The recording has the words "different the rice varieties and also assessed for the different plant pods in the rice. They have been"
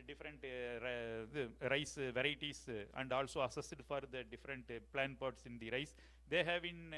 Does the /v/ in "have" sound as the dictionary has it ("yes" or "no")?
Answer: yes